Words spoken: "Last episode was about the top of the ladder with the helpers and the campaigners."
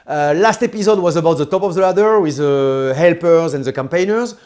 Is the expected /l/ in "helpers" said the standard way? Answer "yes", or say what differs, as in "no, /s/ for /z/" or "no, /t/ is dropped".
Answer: yes